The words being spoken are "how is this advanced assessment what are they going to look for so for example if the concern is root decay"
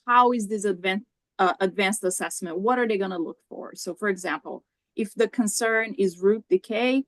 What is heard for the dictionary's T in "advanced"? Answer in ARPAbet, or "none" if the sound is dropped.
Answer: T